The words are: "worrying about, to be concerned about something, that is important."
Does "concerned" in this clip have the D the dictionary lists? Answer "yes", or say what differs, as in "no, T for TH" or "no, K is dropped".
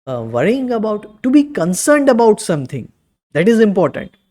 yes